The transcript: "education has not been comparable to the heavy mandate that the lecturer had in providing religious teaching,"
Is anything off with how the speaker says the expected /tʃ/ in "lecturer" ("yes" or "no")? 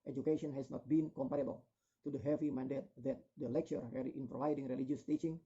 no